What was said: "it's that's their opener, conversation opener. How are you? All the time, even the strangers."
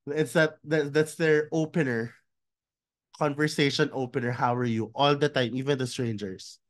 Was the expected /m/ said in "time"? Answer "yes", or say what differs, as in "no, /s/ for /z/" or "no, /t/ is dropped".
yes